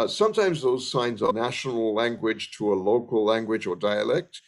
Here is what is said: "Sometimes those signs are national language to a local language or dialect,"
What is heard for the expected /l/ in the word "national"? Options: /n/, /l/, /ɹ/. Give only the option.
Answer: /l/